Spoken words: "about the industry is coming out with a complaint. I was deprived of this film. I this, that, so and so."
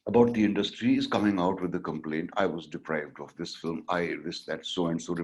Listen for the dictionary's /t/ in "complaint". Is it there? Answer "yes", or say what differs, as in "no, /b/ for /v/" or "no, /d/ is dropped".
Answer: yes